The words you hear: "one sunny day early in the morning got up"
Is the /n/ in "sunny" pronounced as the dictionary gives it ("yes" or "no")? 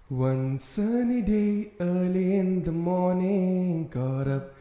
yes